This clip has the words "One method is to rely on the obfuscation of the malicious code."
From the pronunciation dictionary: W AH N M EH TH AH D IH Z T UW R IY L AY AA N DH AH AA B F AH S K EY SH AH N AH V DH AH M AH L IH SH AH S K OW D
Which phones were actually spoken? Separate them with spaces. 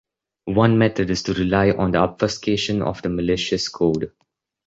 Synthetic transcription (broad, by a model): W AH N M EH T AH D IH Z T UW R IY L AY AA N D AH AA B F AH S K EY SH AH N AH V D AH M AH L IH SH AH S K OW D